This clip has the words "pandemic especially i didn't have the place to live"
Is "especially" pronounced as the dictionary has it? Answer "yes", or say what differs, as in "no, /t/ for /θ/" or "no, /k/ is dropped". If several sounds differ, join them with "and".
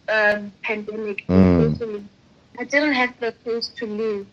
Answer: no, /p/ is dropped and /ʃ/ is dropped